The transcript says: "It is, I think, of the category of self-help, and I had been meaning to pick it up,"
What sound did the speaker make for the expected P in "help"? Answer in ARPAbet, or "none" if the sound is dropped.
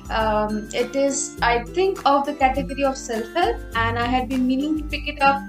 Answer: none